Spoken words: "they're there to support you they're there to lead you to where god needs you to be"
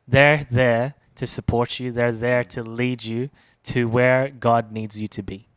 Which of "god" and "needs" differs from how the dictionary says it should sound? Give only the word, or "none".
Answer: none